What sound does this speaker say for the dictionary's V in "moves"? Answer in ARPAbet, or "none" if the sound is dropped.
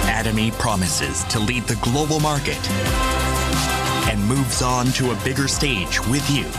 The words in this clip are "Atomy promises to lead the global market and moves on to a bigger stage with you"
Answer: V